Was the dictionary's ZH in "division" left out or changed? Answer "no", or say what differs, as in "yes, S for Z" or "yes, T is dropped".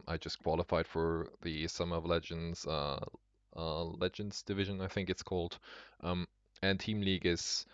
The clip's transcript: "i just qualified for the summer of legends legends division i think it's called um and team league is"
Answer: no